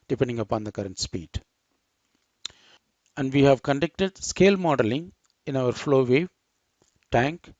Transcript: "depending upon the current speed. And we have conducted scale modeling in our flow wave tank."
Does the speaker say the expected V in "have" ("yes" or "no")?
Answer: yes